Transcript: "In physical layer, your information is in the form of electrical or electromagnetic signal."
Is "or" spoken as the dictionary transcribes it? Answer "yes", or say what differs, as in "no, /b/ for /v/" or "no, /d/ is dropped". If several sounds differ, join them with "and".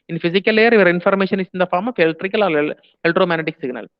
no, /l/ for /ɹ/